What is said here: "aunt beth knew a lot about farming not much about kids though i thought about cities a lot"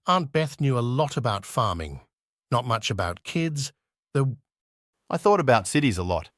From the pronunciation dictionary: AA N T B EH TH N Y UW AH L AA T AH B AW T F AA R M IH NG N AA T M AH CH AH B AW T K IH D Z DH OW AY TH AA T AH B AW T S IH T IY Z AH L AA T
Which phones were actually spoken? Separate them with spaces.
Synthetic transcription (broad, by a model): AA N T B EH TH N Y UW AH L AA T AH B AW T F AA R M IH NG N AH T M AH CH AH B AW T K IH D Z DH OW AY TH AA T AH B AW T S IH T IY Z AH L AA T